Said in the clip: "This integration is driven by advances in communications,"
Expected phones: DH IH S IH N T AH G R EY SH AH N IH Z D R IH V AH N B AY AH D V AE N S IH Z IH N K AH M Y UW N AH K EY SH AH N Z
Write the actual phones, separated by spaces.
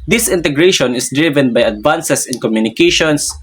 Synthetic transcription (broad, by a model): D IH S IH N T AH G R EY SH AH N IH S D R IH V AH N B AY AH D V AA N S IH S IH N K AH M Y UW N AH K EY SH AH N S